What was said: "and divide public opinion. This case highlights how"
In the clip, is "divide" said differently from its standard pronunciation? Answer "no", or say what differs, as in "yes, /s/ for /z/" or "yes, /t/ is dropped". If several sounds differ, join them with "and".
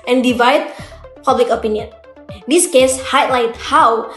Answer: no